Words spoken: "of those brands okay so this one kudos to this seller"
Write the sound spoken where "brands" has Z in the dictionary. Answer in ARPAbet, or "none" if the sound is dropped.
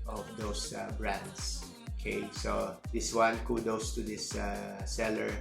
S